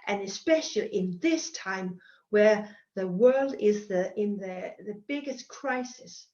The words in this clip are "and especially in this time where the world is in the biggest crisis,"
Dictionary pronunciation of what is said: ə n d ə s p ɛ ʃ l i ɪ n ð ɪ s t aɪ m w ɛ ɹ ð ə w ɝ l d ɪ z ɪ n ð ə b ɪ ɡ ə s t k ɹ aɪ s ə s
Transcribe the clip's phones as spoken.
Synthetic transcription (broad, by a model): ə n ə s p ɛ ʃ l i ɪ n ð ɪ s t aɪ m w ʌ ɹ ð ə w ɝ l d ɪ z ɪ n ð ə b ɪ ɡ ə s k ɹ aɪ s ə s